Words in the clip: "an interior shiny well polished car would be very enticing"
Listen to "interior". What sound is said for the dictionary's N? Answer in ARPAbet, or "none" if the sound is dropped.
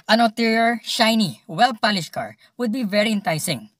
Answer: L